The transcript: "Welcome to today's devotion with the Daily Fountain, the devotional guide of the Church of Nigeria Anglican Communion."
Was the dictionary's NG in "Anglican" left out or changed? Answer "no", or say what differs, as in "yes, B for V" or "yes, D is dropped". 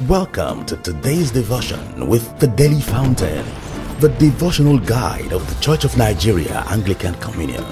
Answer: no